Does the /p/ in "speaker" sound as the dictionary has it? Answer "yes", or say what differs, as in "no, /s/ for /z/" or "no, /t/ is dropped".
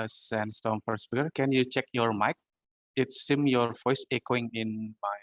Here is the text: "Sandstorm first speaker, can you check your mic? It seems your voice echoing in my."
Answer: no, /f/ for /p/